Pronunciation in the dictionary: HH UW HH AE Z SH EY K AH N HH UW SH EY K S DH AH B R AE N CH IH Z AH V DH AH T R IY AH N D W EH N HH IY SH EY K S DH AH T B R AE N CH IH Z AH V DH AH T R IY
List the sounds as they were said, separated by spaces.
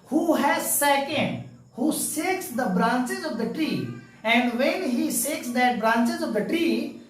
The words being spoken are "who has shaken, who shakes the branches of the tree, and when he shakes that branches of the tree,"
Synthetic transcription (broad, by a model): HH UW HH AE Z S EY K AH N HH UW S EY K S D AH B R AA N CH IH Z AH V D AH T R IY AH N D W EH N HH IY S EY K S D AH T B R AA N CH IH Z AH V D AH T R IY